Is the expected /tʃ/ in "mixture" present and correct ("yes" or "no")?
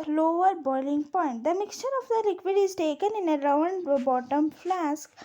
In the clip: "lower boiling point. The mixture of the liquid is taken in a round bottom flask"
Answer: yes